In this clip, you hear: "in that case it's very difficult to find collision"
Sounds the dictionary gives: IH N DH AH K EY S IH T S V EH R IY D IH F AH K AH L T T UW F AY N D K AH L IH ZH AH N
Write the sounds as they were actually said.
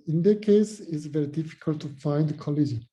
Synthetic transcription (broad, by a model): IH N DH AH K EY S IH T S V EH R IY D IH F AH K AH L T T UW F AY N D K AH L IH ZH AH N